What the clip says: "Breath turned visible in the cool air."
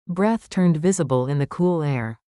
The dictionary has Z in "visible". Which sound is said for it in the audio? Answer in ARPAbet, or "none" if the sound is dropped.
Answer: Z